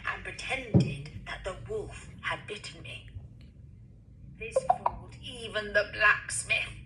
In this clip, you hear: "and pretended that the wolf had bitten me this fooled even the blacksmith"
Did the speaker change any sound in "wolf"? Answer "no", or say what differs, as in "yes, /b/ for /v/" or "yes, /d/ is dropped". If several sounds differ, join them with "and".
no